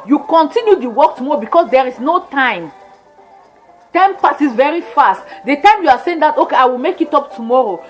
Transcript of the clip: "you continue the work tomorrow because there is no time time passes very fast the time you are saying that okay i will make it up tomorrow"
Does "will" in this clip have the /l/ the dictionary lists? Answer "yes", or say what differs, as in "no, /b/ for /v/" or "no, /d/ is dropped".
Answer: yes